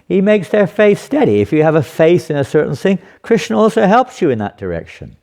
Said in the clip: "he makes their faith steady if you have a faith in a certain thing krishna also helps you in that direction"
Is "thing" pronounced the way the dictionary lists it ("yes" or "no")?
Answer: yes